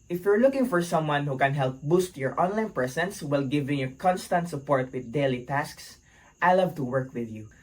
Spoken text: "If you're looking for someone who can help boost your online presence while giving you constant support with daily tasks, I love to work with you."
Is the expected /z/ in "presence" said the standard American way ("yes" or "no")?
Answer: no